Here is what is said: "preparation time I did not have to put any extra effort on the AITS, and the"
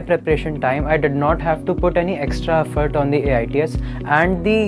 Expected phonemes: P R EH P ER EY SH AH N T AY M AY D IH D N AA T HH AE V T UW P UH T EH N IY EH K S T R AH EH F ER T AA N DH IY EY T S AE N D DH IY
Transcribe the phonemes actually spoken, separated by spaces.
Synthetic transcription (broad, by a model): P R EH P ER EY SH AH N T AY M AY D IH D N AA T HH AE V T UW P UH T EH N IY EH K S T R AH EH F ER T AA N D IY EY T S AE N D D IY